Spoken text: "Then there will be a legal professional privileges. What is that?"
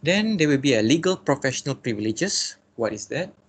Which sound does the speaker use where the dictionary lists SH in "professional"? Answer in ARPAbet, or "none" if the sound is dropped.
SH